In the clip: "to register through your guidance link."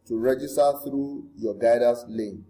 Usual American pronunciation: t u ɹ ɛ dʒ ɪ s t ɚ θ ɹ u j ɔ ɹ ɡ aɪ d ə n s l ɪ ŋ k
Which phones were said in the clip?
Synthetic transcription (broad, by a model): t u ɹ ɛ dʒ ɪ s t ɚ θ ɹ u j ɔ ɡ aɪ d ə s l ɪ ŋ